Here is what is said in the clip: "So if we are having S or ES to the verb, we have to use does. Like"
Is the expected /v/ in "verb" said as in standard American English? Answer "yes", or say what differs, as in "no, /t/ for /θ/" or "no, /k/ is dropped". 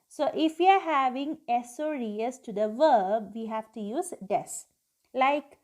yes